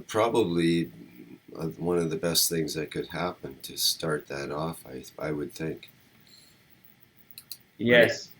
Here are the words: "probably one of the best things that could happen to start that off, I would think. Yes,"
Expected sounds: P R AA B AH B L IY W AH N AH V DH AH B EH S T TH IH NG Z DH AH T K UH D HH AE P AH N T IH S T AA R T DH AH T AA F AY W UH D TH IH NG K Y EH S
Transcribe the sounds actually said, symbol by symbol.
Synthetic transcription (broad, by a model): P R AA B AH B L IY W AH N AH V DH AH B EH S T TH IH NG Z DH AH T K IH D HH AE P AH N T IH S T AA R T DH AH T AA F AY W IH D TH IH NG K Y EH S